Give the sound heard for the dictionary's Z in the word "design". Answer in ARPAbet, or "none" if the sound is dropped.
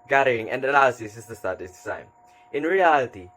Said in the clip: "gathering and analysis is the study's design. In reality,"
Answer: S